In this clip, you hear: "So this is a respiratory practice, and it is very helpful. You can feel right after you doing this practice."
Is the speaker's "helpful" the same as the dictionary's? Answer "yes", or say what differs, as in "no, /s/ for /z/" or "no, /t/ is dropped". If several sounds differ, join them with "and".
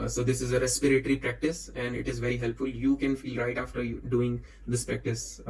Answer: yes